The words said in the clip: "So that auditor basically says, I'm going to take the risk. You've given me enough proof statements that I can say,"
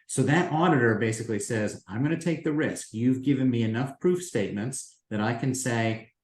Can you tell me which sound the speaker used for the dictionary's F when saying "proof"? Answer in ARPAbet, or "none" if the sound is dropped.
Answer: F